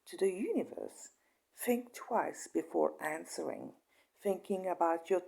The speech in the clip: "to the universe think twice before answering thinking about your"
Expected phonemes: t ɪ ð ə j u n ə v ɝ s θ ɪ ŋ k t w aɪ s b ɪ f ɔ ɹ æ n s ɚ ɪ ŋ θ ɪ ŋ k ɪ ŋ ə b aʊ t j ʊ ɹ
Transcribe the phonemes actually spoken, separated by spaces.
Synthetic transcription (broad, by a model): t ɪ ð ə j u n ə v ɝ s θ ɪ ŋ k t w aɪ s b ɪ f ɔ ɹ æ n s ɚ ɪ ŋ θ ɪ ŋ k ɪ ŋ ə b aʊ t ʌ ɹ